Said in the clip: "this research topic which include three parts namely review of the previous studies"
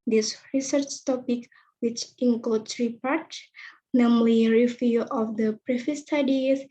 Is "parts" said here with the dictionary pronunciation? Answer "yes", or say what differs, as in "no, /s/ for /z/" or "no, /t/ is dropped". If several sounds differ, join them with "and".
no, /s/ is dropped